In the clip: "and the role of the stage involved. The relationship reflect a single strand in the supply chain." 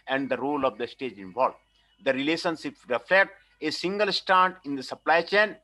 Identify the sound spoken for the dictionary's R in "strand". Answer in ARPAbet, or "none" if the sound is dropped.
none